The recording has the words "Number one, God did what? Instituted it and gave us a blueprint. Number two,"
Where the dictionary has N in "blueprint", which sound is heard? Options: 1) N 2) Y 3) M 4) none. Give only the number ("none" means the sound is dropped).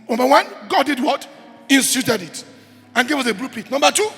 4